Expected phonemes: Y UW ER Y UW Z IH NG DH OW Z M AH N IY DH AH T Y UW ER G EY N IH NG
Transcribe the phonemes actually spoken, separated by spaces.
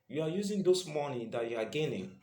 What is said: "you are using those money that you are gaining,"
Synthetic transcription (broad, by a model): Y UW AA Y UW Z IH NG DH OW S M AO N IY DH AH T Y UW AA G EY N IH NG